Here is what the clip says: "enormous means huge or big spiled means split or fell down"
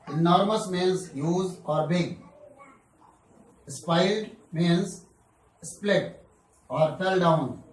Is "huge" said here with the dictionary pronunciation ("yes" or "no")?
no